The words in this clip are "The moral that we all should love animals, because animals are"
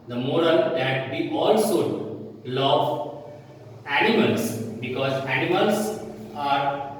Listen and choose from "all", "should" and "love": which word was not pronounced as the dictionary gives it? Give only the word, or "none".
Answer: should